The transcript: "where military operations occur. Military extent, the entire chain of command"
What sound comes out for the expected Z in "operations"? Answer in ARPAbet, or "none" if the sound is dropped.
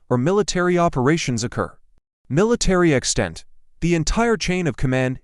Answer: Z